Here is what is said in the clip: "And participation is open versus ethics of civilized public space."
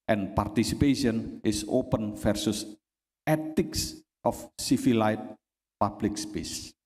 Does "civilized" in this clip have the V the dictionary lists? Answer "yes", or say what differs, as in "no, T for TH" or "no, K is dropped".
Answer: no, F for V